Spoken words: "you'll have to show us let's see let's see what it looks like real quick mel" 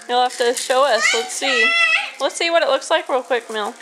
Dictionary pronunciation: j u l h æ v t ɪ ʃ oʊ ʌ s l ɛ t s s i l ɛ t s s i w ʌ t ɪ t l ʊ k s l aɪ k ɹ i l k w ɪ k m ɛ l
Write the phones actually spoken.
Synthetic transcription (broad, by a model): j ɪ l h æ f t ɪ ʃ oʊ ʌ s l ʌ t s s i l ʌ t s s i w ʌ t ɪ t l ʊ k s l aɪ k w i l k w ɪ k m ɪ l